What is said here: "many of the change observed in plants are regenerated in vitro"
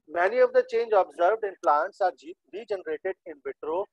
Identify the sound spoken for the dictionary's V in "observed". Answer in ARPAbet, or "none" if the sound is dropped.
V